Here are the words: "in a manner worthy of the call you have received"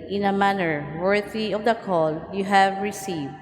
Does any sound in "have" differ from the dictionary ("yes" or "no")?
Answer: no